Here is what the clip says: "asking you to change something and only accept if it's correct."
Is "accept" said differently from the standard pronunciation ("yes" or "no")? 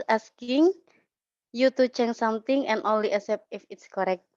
yes